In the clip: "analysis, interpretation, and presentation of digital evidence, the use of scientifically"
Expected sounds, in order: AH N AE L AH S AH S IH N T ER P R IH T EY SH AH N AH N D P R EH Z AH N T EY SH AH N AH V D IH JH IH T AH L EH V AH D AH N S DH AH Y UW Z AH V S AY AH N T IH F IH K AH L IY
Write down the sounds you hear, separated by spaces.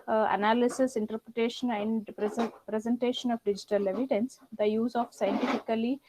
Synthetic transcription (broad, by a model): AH N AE L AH S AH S IH N T ER P R IH T EY SH AH N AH N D P R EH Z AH N T EY SH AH N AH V D IH JH IH T AH L EH V AH D AH N S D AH Y UW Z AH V S AY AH N T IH F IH K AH L IY